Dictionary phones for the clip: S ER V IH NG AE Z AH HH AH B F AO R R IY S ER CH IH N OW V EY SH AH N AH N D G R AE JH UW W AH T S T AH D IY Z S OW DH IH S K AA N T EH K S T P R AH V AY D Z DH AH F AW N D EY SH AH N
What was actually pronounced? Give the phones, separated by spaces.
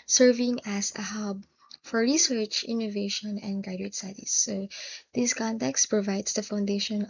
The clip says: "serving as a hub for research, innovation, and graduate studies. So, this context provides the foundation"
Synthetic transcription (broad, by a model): S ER V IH NG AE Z AH HH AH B F AO R R IY S ER CH IH N OW V EY SH AH N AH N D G AA UW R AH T S T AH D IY S OW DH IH S K AA N T EH K S T P R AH V AY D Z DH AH F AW N D EY SH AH N